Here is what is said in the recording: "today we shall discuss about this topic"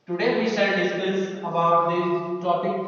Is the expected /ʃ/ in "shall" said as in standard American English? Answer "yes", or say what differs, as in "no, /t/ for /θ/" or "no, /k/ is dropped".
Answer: no, /s/ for /ʃ/